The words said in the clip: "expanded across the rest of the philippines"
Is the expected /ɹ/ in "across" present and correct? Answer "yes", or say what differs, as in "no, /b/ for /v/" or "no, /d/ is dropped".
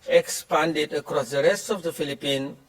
yes